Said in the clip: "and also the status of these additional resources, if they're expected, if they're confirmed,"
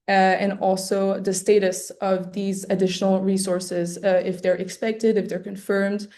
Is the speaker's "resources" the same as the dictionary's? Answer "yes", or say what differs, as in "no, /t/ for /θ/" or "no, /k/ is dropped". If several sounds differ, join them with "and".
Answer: yes